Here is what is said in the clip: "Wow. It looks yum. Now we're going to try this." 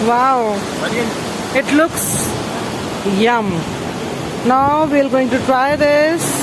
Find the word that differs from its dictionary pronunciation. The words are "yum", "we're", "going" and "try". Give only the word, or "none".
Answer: we're